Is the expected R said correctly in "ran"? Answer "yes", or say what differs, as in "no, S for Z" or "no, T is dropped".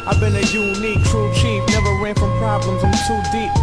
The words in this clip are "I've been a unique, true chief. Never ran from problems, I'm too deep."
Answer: no, W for R